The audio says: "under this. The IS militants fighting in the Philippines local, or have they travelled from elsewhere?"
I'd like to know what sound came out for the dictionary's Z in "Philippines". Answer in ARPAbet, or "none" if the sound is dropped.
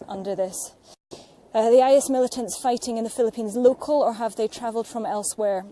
Z